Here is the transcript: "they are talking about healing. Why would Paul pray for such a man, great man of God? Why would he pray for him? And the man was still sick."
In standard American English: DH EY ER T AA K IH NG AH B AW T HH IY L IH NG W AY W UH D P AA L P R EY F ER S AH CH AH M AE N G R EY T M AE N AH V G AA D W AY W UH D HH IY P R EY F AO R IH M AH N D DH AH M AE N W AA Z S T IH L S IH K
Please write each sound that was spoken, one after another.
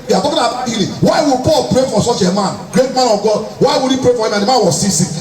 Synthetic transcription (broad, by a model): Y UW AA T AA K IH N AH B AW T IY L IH W AY W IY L P AA L P R EY F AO S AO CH AH M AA N G R EY T M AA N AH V G AA D W AY W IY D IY P R EY F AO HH IH M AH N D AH M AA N W AA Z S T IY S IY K